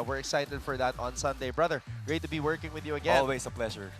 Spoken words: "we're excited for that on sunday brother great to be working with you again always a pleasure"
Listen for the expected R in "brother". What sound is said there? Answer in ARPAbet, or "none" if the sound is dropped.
R